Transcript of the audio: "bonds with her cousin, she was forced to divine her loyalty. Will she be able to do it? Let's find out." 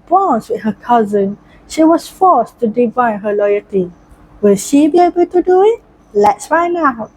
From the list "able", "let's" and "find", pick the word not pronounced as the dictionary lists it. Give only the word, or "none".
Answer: find